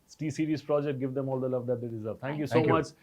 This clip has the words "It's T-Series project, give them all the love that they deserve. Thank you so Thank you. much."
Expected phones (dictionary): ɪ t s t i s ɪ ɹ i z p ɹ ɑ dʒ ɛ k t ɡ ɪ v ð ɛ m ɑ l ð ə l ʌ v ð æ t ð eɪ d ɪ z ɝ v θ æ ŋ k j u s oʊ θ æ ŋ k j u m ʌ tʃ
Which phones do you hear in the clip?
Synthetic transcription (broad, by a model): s t i s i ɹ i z p ɹ ɑ dʒ ɛ k t ɡ ɪ v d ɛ m ɑ l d ə l ʌ v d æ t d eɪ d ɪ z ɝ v t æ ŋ k j u s oʊ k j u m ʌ tʃ